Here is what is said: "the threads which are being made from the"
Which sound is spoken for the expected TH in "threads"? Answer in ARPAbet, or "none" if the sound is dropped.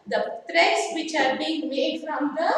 T